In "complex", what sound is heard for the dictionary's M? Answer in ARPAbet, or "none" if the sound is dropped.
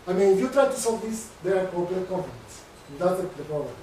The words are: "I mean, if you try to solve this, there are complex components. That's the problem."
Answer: none